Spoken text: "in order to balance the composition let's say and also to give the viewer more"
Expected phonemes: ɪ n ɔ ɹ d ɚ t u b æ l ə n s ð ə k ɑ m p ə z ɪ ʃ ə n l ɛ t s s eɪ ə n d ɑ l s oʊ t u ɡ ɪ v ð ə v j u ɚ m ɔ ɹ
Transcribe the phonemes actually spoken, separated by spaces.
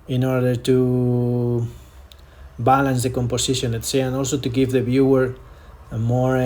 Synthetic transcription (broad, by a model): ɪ n ɔ ɹ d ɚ t u b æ l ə n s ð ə k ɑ m p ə s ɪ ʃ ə n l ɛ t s s eɪ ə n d ɑ l s oʊ t u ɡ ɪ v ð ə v j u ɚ m ɔ ɹ